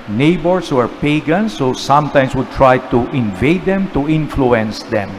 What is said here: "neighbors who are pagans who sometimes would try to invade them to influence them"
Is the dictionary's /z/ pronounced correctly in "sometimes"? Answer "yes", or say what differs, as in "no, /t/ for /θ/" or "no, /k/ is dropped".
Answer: no, /s/ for /z/